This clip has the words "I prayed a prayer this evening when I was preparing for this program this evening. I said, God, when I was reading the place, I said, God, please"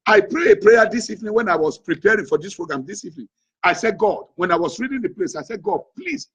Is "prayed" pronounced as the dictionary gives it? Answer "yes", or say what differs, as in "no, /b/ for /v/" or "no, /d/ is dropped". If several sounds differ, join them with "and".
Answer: no, /d/ is dropped